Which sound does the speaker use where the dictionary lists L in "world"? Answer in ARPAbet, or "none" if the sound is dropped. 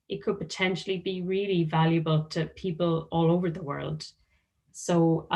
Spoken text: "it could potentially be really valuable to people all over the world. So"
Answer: L